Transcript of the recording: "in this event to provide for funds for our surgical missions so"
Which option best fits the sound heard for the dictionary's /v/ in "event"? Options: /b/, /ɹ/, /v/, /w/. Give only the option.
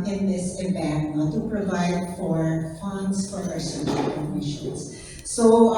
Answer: /b/